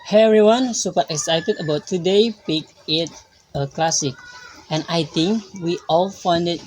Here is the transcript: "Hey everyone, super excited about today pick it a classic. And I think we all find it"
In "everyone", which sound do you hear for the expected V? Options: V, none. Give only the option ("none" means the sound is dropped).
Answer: none